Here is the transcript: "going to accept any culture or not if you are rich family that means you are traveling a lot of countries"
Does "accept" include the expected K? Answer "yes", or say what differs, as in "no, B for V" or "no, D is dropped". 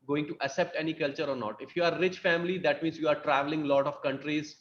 no, K is dropped